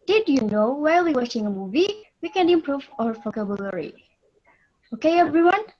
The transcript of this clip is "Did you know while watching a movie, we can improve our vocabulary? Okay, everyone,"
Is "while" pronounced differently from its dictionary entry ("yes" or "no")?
yes